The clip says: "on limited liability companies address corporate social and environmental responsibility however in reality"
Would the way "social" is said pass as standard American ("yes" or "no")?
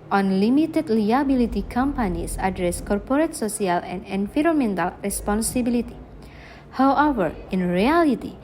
no